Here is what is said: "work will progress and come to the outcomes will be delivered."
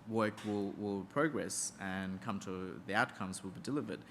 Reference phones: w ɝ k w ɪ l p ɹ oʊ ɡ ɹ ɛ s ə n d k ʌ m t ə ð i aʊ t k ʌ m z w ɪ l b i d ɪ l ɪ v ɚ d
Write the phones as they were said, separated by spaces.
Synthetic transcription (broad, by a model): w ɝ k w ɪ l p ɹ oʊ ɡ ɹ ɛ s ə n k ʌ m t ə ð i aʊ t k ʌ m z w ɪ l b i d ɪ l ɪ v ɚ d